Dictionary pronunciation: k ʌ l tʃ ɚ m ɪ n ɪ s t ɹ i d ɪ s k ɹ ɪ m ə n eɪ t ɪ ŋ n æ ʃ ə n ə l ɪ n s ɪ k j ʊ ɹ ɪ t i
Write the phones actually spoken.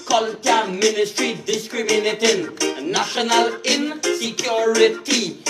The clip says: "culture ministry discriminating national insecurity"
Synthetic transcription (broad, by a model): k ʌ l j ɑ m ɪ n ɪ s t ɹ i d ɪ s k ɹ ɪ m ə n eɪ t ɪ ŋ n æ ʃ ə n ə l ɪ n s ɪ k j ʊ ɹ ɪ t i